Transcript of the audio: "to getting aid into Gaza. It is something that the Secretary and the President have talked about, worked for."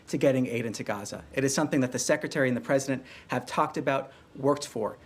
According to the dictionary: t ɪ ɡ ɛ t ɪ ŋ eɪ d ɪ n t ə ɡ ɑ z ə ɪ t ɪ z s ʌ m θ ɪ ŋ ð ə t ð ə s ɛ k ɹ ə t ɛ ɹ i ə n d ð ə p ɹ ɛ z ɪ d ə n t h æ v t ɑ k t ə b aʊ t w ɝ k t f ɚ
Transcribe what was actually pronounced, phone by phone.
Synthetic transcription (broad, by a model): t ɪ ɡ ɛ t ɪ ŋ eɪ d ɪ n t ə ɡ ɑ z ə ɪ t ɪ z s ʌ m θ ɪ ŋ ð ə t ð ə s ɛ k ɹ ə t ɛ ɹ i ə n ð ə p ɹ ɛ z ɪ d ə n t h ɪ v t ɑ k t ə b aʊ t w ɝ k t f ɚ